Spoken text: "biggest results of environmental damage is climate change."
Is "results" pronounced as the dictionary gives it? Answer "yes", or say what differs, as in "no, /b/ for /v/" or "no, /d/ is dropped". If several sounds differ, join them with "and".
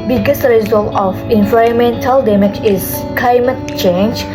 no, /s/ is dropped